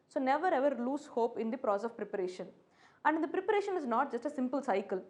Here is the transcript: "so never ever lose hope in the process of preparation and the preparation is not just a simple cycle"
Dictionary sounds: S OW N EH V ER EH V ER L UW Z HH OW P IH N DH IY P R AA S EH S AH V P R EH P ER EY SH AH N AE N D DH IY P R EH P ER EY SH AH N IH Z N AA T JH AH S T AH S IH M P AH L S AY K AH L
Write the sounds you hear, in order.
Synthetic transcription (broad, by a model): S OW N EH V ER EH V ER L UW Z HH OW P IH N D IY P R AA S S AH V P R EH P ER EY SH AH N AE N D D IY P R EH P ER EY SH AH N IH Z N AA T JH AH S T AH S IH M P AH L S AY K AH L